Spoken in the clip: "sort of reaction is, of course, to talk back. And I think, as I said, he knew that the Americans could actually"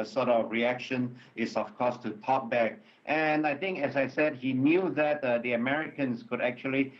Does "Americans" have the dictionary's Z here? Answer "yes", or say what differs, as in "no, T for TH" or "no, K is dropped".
no, S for Z